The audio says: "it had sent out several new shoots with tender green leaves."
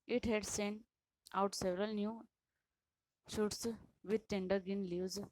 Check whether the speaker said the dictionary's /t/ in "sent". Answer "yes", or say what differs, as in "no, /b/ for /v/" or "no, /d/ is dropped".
no, /t/ is dropped